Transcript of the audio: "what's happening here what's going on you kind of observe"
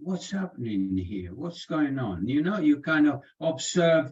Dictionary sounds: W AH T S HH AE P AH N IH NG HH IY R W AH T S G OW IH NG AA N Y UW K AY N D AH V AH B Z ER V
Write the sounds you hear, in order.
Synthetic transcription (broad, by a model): W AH T S HH AE P AH N IH NG HH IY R W AH T S G OW IH NG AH N Y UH K AY N D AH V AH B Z ER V